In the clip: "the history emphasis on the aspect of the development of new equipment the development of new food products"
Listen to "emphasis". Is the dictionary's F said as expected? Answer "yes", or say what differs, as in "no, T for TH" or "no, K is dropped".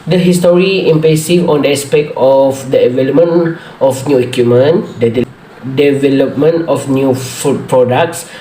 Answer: no, P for F